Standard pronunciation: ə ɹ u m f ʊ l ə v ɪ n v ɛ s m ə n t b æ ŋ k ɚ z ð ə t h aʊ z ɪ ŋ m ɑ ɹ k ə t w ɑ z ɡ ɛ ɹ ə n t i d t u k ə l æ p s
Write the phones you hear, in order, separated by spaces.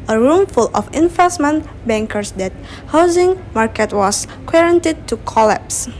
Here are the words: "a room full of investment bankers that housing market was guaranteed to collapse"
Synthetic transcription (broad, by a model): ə ɹ u m f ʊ l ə f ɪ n f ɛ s m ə n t b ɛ ŋ k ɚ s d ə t h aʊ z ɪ ŋ m ɑ ɹ k ə t w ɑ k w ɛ ɹ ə n t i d t u k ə l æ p s